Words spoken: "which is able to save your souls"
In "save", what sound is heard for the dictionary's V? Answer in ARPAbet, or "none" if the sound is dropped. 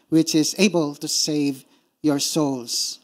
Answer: V